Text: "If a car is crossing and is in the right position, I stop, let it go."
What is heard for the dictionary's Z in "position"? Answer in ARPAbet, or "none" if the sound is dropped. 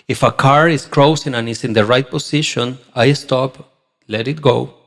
S